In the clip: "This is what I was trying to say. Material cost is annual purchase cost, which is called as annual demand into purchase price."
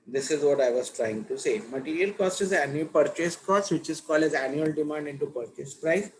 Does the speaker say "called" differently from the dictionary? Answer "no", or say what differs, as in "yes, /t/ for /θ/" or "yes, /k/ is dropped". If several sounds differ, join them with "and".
yes, /d/ is dropped